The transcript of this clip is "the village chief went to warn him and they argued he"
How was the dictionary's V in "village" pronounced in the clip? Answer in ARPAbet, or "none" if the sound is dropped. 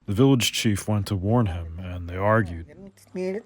V